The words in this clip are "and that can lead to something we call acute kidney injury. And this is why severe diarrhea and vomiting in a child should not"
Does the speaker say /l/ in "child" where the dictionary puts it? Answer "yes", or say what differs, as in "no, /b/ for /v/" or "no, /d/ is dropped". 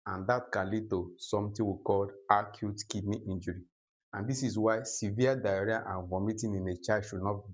no, /l/ is dropped